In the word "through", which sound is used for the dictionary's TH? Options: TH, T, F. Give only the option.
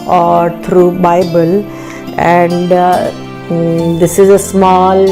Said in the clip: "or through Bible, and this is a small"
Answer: T